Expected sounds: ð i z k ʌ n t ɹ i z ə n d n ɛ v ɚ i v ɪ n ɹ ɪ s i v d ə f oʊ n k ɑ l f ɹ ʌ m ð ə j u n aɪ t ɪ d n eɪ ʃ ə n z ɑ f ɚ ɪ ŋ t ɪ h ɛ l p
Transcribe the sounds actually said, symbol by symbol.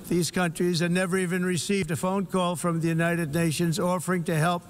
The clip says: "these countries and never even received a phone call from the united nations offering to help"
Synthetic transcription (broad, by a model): ð i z k ʌ n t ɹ i z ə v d n ɛ v ɚ i v ɪ n ɹ ɪ s i v d ə f oʊ n k ɑ l f ɹ ʌ m ð ə j u n aɪ t ɪ d n eɪ ʃ ə n z ɑ f ɚ ɪ ŋ t ɪ h ɛ l p